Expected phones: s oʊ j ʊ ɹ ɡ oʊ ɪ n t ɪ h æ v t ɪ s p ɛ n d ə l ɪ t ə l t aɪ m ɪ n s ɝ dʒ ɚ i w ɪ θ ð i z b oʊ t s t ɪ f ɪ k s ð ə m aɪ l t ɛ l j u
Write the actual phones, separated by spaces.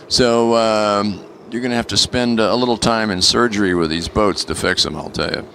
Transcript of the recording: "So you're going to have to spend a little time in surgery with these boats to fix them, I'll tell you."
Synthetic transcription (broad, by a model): s oʊ j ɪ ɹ ɡ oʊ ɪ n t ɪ h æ f t ɪ s p ɛ n d ə l ɪ t l t aɪ m ɪ n s ɝ dʒ ɚ i w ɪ ð i z b oʊ t s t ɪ f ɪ k s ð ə m aɪ l t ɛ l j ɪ